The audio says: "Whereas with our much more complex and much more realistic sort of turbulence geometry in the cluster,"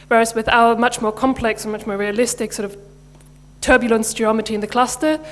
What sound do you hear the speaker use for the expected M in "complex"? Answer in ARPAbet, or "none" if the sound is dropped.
M